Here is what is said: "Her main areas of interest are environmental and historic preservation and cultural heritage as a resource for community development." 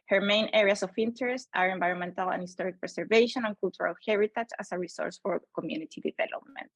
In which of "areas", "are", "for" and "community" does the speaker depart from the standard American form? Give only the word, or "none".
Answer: areas